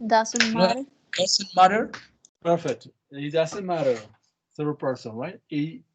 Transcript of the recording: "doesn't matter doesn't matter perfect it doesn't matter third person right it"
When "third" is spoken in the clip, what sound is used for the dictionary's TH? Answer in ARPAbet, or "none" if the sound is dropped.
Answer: S